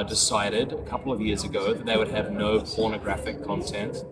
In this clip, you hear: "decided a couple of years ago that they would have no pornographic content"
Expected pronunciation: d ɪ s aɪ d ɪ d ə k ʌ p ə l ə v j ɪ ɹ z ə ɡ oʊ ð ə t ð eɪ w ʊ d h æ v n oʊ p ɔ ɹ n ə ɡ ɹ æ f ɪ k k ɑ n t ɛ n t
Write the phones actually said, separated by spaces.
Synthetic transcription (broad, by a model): d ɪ s aɪ d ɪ d ə k ʌ p l ə v j ɪ ɹ z ə ɡ oʊ ð ə t ð eɪ w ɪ d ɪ v n oʊ p ɔ ɹ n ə ɡ ɹ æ f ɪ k k ɑ n t ɛ n t